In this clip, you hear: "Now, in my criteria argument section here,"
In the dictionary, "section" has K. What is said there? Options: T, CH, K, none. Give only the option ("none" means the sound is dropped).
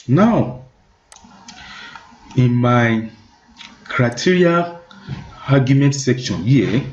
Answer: K